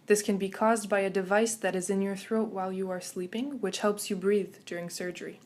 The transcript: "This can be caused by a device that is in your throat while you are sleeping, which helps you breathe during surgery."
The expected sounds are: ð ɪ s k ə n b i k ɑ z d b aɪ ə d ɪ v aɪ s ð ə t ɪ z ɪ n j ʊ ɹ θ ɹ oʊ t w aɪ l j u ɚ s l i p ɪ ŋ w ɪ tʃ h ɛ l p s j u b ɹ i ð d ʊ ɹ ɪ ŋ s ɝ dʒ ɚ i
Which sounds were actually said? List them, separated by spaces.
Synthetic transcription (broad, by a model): ð ɪ s k ə n b i k ɑ z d b aɪ ə d ɪ v aɪ s ð ə t ɪ z ɪ n j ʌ ɹ θ ɹ oʊ t w aɪ l j u ɚ s l i p ɪ ŋ w ɪ tʃ h ɛ l p s j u b ɹ i ð d ʊ ɹ ɪ ŋ s ɝ dʒ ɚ i